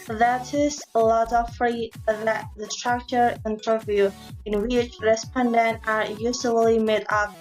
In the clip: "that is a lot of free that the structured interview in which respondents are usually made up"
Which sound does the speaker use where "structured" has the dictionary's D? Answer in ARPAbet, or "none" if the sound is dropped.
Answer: none